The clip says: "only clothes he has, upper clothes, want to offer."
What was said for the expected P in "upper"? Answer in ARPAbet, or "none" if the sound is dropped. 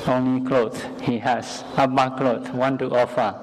B